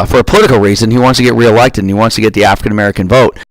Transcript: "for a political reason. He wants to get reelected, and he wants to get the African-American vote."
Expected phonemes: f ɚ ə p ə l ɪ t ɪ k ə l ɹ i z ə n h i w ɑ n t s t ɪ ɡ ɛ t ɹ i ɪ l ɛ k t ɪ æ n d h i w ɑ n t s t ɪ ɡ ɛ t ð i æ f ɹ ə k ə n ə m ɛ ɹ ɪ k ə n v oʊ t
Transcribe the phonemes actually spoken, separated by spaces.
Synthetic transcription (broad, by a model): f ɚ ə p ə l ɪ t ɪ k l ɹ i z ə n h i w ɑ n t s t ɪ ɡ ɛ t ɹ i ɪ l ɛ k t ɪ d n i w ɑ n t s t ɪ ɡ ɛ t ð i æ f ɹ ə k ə n ə m ɛ ɹ ɪ k ə n v oʊ t